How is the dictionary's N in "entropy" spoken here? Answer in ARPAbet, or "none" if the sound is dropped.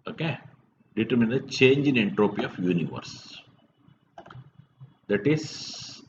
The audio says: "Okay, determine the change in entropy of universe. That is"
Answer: N